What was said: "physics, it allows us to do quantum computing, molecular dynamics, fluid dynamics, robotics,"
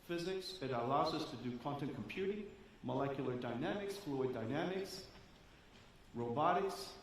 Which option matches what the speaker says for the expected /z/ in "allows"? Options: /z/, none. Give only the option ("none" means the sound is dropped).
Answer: /z/